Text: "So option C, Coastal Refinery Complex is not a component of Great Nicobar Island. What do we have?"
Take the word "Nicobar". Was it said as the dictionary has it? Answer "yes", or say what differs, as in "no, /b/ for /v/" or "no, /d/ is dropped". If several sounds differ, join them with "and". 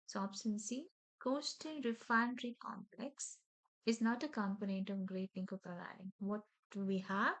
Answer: no, /l/ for /n/